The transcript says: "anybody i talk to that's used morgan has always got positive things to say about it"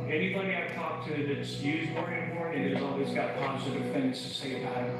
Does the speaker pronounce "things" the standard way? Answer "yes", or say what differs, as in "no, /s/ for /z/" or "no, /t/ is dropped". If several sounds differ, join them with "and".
yes